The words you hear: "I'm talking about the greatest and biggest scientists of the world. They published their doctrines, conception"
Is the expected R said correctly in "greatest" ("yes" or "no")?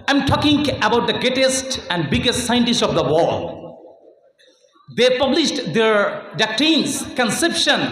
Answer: no